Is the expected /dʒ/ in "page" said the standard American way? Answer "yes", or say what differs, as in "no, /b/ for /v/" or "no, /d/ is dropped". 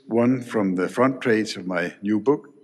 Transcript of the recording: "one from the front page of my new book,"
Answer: no, /z/ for /dʒ/